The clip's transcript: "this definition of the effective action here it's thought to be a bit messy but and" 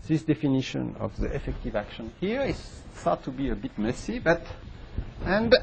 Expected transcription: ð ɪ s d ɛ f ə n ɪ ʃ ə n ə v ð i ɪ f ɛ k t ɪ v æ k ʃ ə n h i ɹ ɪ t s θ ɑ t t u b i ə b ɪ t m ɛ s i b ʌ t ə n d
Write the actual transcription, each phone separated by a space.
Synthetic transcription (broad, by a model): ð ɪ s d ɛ f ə n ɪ ʃ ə n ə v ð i ɪ f ɛ k t ɪ v æ k ʃ ə n h i ɹ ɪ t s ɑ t t u b i ə b ɪ t m ɛ s i b ʌ t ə n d